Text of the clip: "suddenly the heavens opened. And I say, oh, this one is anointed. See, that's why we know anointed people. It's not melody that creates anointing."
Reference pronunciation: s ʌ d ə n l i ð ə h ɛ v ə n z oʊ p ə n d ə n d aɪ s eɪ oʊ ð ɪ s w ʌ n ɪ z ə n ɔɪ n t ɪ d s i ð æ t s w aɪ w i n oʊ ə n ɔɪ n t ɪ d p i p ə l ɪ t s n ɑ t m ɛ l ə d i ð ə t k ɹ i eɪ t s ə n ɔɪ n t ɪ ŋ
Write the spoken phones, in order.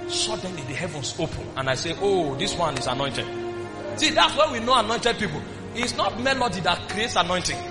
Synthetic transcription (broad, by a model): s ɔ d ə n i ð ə h ɛ v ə n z oʊ p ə n ə n aɪ s eɪ oʊ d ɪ s w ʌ n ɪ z ə n ɔɪ n t ɪ d s i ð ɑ t s w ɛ w i n oʊ ə n ɔɪ n t ɪ d p i p ə l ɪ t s n ɑ t m ɛ l ə d i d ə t k ɹ i eɪ t s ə n ɔɪ n t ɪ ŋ